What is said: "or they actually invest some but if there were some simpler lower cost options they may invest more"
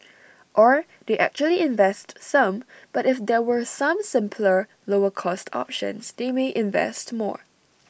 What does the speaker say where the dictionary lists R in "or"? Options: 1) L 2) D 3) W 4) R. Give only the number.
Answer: 4